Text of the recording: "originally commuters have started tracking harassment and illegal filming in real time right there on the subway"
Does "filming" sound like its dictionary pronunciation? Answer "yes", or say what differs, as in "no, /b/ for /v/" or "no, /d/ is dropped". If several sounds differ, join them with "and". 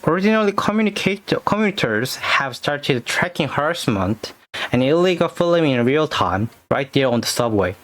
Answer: no, /m/ is dropped